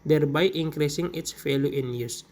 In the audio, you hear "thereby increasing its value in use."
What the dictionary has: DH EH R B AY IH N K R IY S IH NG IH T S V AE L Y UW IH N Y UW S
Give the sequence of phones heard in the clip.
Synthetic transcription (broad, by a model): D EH R B AY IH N K R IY S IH NG IH T S F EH L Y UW IH N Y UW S